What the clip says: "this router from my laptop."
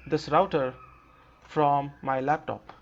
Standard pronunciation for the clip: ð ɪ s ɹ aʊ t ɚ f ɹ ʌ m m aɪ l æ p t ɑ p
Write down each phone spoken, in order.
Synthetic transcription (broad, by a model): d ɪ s ɹ aʊ t ɚ f ɹ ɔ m m aɪ l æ p t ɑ p